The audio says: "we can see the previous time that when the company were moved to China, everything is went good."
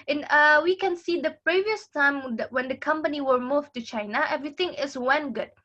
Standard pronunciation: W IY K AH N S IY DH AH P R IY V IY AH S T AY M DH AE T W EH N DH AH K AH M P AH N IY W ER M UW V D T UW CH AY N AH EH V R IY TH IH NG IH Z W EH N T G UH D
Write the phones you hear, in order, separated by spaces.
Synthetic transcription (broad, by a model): W IY K AH N S IY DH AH P R IY V IY AH S T AY M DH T W EH N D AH K AH M P AH N IY W ER M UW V T UW CH AY N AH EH V R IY T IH NG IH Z W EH N G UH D